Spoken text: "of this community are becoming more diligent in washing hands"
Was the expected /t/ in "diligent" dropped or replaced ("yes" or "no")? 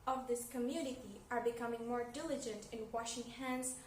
no